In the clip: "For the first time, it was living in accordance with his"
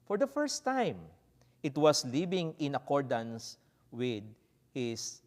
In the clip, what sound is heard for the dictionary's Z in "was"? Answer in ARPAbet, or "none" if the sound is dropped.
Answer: S